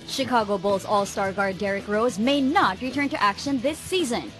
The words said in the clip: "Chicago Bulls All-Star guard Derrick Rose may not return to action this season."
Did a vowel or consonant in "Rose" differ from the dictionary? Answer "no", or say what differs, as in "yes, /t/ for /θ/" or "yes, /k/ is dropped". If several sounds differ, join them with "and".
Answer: no